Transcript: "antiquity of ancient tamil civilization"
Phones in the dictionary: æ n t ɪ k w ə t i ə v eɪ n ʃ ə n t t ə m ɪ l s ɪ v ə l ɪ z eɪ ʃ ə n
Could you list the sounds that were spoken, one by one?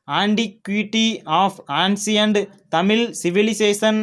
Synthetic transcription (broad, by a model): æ n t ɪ k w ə t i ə f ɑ n s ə n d t ə m ɪ l s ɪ v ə l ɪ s eɪ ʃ ə n